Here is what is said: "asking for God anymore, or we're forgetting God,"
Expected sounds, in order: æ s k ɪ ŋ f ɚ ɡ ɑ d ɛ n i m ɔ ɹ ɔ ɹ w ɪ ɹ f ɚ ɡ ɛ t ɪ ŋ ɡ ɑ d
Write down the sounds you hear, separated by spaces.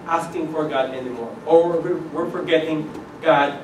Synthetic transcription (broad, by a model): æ s k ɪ ŋ f ɚ ɡ ɑ d ɛ n i m ɔ ɹ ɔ w w ɪ ɹ f ɚ ɡ ɛ t ɪ ŋ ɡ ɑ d